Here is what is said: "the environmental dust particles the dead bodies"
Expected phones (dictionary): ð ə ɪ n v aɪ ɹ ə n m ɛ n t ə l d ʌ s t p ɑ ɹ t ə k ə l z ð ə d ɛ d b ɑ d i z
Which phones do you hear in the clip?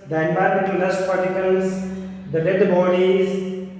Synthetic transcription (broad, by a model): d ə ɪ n b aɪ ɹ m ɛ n t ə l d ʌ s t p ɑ ɹ t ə k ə l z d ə d ɛ d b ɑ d i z